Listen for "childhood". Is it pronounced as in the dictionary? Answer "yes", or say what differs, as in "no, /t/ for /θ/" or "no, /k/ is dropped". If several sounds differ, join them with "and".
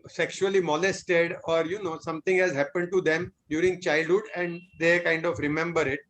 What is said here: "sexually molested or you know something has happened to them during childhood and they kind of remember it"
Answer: yes